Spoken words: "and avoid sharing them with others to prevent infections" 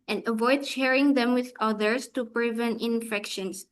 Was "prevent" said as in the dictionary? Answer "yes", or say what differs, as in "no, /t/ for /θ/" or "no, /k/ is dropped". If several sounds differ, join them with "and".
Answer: no, /t/ is dropped